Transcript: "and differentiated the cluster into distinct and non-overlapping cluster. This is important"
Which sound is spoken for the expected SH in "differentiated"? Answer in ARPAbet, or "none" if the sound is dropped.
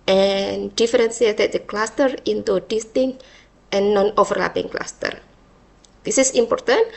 S